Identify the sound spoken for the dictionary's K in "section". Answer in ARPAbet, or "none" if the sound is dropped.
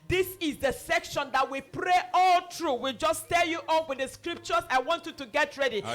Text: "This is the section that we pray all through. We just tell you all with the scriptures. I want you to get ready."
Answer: K